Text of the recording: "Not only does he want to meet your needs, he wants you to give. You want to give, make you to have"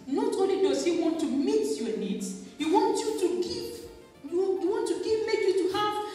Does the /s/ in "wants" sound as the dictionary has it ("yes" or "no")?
no